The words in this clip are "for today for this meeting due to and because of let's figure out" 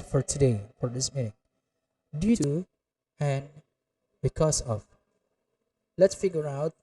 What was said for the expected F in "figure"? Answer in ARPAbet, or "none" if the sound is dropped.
F